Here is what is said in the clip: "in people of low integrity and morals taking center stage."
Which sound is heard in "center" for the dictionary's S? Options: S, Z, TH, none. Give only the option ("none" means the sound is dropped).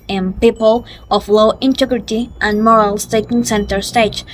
S